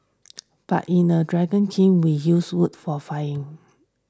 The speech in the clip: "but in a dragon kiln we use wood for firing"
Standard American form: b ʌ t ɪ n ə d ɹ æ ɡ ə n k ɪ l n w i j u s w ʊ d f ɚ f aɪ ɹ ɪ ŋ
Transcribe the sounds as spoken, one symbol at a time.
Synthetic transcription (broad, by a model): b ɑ t ɪ n ə d ɹ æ ɡ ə n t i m w i j u s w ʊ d f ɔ f aɪ ɪ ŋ